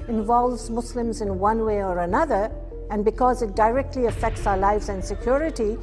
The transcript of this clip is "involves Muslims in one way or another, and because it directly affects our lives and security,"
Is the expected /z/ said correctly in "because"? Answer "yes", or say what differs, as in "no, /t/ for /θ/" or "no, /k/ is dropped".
yes